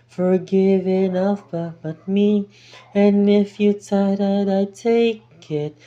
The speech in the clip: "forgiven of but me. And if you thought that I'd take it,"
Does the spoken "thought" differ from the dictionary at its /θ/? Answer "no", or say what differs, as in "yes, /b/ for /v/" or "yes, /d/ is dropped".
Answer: yes, /t/ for /θ/